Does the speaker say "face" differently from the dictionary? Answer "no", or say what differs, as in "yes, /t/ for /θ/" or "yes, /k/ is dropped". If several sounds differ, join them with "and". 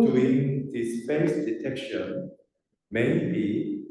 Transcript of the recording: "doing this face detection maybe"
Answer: yes, /p/ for /f/